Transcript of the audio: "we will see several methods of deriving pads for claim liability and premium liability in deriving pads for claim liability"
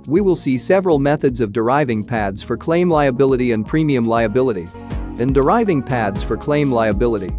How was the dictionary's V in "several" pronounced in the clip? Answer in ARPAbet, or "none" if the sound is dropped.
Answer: V